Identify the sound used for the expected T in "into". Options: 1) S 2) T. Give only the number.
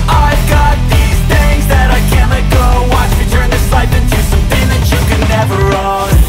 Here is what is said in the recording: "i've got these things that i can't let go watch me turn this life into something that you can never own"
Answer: 2